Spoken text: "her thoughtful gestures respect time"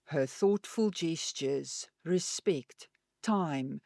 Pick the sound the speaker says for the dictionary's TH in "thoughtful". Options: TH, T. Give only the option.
TH